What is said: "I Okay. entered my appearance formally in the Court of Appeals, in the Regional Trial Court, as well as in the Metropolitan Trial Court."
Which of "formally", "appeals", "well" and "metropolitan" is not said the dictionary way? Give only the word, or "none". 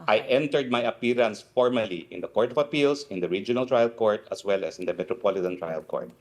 appeals